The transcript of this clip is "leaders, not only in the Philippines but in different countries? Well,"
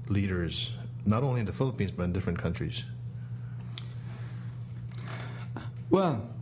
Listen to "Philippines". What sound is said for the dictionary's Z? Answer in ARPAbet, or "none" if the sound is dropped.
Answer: Z